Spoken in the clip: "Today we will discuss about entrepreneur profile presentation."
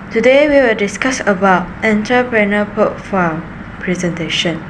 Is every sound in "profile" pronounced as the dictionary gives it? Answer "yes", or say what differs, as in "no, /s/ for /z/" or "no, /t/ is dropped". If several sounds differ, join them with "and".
no, /ɹ/ is dropped